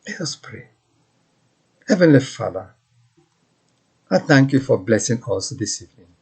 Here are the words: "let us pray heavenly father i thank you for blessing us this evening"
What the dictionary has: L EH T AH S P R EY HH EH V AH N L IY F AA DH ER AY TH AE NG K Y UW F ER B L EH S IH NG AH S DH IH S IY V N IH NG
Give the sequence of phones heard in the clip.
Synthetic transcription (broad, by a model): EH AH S P R EY HH EH V AH N L IY F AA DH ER AY TH AE NG K Y UW F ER B L EH S IH NG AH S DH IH S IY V N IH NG